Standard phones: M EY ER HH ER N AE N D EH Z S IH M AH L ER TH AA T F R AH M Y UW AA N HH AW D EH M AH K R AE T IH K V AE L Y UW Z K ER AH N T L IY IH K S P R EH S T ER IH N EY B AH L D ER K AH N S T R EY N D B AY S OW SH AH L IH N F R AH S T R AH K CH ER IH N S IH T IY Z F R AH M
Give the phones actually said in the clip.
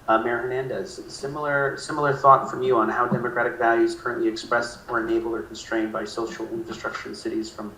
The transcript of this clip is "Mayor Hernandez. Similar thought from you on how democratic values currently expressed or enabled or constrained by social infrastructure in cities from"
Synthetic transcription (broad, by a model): M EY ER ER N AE N D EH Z S IH M AH L ER TH AA T F R AH M Y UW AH N HH AW D EH M AH K R AE T IH K V AE L Y UW Z K ER AH N T L IY IH K S P R EH S T ER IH N EY B L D ER K N S T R EY N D B AY S OW SH L IH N F R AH S T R AH K CH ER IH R S IH T IY Z F R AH M